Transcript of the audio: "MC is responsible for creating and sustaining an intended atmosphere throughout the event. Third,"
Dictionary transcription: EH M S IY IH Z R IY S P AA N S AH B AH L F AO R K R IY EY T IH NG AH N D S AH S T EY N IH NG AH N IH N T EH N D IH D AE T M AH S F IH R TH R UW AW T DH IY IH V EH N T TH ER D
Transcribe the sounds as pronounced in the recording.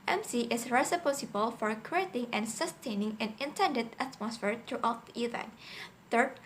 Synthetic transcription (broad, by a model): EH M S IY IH S R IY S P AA S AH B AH L F AO R K R IY EY T IH NG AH N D S AH S T EY N IH NG AH N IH N T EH N D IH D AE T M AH S F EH R T R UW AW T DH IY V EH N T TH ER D